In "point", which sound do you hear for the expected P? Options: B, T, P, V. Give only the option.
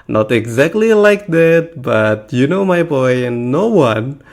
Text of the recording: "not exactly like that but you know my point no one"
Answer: B